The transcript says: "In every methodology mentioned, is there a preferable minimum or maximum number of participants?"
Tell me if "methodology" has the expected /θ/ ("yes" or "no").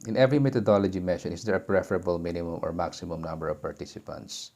no